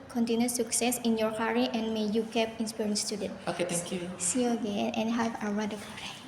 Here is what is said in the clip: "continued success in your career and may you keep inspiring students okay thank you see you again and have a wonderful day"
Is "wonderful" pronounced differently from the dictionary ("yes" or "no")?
yes